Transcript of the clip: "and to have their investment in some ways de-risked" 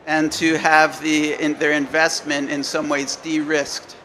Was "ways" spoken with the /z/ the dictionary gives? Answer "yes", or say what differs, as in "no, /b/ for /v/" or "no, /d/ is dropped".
yes